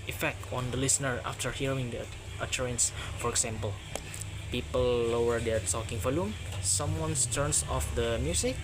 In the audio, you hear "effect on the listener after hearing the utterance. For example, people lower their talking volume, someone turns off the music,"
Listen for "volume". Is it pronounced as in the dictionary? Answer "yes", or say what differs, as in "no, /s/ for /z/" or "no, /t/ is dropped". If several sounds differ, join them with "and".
no, /f/ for /v/